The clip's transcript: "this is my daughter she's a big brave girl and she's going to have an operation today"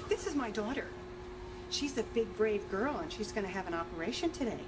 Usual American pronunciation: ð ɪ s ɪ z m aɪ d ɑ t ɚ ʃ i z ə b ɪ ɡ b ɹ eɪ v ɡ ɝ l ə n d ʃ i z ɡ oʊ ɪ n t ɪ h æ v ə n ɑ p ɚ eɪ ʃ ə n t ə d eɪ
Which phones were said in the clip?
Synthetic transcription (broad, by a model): ð ɪ s ɪ z m aɪ d ɑ t ɚ ʃ i z ə b ɪ ɡ b ɹ eɪ v ɡ ɝ l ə n ʃ i z ɡ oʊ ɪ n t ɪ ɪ v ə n ɑ p ɚ eɪ ʃ ə n t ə d eɪ